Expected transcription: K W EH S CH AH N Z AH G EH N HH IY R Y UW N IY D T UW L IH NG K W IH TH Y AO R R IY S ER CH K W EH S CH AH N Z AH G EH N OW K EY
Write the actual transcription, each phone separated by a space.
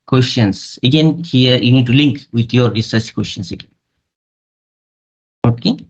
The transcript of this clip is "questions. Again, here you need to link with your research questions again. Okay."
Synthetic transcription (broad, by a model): K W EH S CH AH N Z AH G EH N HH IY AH Y UW N IY D T UW L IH NG K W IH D Y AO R R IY S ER S K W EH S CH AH N S AH G EH N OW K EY